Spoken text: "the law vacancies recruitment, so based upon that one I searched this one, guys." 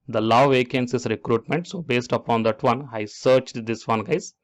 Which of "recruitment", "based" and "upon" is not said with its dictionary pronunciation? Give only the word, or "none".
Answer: none